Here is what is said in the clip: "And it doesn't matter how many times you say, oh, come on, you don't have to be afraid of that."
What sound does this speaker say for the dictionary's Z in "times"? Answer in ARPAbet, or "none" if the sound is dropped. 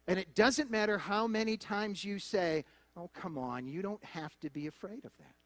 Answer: Z